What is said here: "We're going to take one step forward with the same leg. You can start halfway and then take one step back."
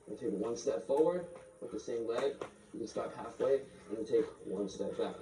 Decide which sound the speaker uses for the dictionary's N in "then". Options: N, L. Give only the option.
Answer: L